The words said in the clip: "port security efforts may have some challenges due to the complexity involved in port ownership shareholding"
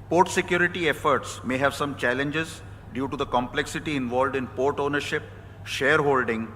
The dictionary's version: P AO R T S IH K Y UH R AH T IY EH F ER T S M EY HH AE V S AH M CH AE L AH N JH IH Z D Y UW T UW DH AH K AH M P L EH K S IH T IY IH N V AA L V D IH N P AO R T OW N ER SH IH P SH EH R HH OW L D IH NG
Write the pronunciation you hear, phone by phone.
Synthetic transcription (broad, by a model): P AO R T S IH K Y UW R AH T IY EH F ER T S M EY HH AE V S AH M CH AE L AH N JH IH Z D Y UW T UW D AH K AH M P L EH K S IH T IY IH N V AA L V D IH N P AO R T OW N ER SH IH P SH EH R HH OW L D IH NG